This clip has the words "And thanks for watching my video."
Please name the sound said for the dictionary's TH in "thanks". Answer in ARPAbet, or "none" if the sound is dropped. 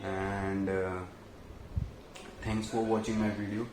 T